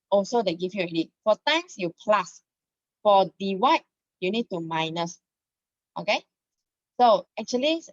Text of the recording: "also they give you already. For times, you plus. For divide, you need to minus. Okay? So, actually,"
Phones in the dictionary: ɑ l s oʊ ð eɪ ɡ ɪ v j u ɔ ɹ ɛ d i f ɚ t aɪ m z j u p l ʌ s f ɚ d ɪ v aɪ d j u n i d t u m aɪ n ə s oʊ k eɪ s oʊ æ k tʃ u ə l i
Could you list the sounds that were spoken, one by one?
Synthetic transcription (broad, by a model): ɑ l s oʊ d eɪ ɡ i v j u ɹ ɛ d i f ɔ t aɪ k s j u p l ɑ s f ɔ d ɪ w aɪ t j u n i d t u m aɪ n ə s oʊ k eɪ s oʊ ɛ k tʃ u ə l i